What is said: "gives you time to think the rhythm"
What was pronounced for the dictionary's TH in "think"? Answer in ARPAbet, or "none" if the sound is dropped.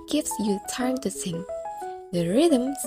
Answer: S